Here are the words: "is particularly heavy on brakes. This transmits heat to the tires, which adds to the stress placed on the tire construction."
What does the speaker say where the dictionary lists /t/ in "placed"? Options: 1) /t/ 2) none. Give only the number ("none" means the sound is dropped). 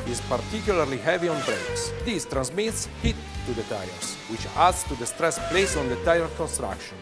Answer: 2